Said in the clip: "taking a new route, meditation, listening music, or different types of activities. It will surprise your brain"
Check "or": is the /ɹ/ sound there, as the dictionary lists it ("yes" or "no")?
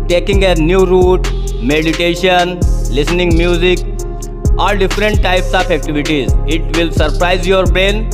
no